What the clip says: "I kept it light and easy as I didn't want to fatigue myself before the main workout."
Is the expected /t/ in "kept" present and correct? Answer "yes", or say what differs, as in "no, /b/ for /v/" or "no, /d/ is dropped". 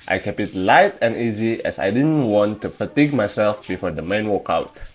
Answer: no, /t/ is dropped